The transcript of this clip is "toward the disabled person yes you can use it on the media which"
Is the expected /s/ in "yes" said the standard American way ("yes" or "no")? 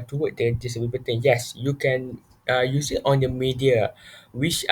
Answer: yes